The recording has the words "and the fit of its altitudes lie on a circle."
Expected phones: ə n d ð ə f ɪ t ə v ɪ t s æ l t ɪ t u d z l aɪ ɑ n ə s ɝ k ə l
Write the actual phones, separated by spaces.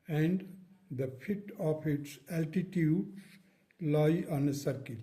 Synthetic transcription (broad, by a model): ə n d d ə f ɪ t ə p ɪ t s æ l t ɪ t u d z l aɪ ɑ n ə s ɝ k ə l